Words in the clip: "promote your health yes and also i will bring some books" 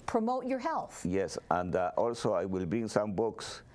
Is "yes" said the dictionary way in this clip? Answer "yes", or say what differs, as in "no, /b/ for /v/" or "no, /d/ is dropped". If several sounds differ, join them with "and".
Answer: yes